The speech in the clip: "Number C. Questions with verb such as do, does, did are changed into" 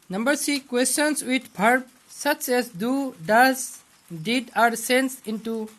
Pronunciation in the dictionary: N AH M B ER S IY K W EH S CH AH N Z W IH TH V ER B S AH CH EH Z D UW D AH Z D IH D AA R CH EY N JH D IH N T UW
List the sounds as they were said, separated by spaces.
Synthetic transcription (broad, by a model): N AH M B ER S IY K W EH S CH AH N S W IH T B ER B S AH CH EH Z D UW D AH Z D IH D AA R S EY N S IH N T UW